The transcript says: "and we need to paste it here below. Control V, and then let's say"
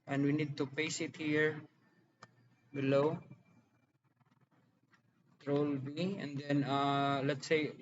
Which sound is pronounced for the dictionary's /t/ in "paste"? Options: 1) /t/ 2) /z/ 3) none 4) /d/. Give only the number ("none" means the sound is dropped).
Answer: 3